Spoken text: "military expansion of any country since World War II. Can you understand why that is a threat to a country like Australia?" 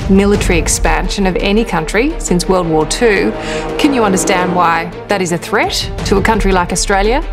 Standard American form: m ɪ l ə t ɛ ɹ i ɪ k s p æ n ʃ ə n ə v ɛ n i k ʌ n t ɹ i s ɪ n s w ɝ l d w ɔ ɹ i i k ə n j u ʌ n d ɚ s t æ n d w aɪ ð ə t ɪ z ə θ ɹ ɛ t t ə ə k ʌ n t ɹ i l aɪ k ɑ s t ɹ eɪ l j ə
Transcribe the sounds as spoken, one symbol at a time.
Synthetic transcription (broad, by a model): m ɪ l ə t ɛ ɹ i ɪ k s p æ n ʃ ə n ə v ɛ n i k ʌ n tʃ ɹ i s ɪ n s w ɝ l d w ɔ ɹ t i k ə n j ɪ ʌ n d ɚ s t æ n d w aɪ ð ə t ɪ z ə θ ɹ ɛ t t ə ə k ʌ n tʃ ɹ i l aɪ k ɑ s t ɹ eɪ l j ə